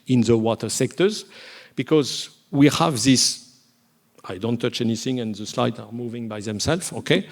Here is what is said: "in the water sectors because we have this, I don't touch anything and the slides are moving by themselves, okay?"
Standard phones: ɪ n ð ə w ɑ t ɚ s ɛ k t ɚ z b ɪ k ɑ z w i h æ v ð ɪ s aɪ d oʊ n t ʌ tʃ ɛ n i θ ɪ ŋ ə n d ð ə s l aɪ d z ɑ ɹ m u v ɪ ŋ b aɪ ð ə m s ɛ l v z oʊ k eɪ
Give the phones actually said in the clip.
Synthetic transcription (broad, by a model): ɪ n ð ə w ɑ t ɚ s ɛ k t ɚ z b ɪ k ɑ z w i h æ v ð ɪ s aɪ d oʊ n t ʌ tʃ ɛ n i θ ɪ ŋ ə n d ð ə s l aɪ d ɑ ɹ m u v ɪ ŋ b aɪ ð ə m s ɛ l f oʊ k eɪ